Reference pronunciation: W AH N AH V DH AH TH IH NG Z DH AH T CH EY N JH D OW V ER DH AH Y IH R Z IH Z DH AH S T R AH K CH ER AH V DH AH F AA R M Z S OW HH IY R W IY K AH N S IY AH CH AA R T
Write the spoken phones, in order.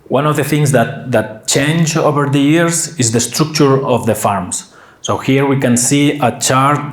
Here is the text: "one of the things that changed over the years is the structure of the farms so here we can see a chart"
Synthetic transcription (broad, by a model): W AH N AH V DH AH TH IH NG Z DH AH T CH EY N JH OW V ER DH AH Y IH R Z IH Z DH AH S T R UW K CH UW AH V DH AH F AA R M S OW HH IY R W IY K AH N S IY AH CH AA R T